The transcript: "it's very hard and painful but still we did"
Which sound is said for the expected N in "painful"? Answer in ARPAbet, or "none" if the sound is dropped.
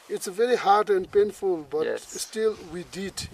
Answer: N